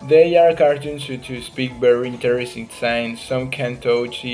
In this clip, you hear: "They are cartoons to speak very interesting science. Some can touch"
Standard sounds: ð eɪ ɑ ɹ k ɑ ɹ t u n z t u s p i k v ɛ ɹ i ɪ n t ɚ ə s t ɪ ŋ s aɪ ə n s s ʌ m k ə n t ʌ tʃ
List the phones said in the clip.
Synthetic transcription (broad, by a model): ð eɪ ɑ ɹ k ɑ ɹ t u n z t u s p i k b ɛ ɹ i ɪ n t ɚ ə s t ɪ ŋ s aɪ n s s ʌ m k ə n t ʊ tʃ